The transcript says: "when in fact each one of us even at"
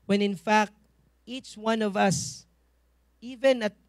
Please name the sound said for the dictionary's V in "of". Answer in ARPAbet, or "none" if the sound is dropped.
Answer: V